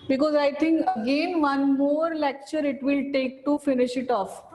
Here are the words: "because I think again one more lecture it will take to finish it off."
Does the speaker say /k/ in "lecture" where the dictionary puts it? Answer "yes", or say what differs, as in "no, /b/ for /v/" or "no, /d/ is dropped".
yes